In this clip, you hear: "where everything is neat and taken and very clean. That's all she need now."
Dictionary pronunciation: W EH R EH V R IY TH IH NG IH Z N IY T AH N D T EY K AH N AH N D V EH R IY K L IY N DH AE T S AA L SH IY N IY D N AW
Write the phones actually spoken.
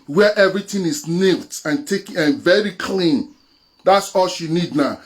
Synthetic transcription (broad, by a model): W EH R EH V R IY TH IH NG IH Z N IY T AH N T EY K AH AH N V EH R IY K L IY N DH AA T S AA L SH IY N IY D N AW